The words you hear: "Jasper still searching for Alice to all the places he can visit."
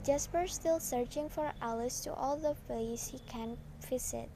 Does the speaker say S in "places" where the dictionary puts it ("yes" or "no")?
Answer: no